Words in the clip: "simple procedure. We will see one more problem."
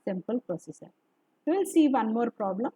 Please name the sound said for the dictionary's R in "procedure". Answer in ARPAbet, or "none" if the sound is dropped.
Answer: none